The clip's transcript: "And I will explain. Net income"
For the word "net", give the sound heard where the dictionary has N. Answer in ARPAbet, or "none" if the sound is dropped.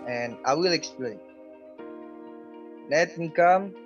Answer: L